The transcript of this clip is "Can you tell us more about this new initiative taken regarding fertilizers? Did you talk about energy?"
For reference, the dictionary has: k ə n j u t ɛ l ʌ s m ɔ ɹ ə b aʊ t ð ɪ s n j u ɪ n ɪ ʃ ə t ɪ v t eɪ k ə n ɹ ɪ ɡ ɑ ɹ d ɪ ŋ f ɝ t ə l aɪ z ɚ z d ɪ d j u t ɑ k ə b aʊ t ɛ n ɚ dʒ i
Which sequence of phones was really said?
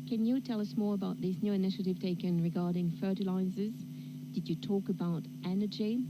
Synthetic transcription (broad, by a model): k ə n j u t ɛ l ʌ s m ɔ ɹ ə b aʊ t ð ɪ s n j u ɪ n ɪ ʃ ə t ɪ v t eɪ k ə n ɹ ɪ ɡ ɑ ɹ d ɪ ŋ f ɝ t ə l aɪ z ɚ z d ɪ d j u t ɑ k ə b aʊ t ɛ n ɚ dʒ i